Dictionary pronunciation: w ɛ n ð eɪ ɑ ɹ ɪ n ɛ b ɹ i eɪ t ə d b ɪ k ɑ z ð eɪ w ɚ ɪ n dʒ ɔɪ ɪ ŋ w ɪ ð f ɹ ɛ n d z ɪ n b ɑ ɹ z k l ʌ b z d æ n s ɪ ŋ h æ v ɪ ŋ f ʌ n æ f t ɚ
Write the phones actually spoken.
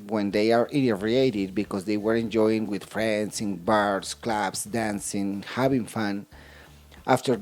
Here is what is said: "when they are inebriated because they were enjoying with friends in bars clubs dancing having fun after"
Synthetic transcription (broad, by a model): w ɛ n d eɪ ɑ ɹ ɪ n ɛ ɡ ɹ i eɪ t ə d b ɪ k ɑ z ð eɪ w ɚ ɪ n dʒ ɔɪ ɪ ŋ w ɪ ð f ɹ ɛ n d s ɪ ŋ b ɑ ɹ s k l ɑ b s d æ n s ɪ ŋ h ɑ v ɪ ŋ f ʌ n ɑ f t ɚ